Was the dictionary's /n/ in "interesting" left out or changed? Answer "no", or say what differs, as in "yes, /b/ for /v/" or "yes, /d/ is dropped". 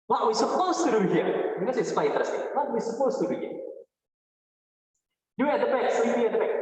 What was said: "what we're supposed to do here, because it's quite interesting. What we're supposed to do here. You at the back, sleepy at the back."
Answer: yes, /n/ is dropped